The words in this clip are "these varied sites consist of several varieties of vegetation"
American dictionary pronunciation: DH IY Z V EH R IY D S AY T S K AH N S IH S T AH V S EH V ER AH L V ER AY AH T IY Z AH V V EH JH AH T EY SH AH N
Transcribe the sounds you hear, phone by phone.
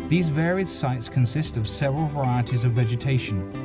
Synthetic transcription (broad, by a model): DH IY Z V EH R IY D S AY T S K AH N S IH S T AH V S EH V ER AH L V ER AY AH T IY Z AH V V EH JH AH T EY SH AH N